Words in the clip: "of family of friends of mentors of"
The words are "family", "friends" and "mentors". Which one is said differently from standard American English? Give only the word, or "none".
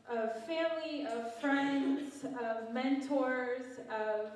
none